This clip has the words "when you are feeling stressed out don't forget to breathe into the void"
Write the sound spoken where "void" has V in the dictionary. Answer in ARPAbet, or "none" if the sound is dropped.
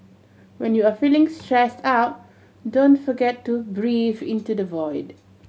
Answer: V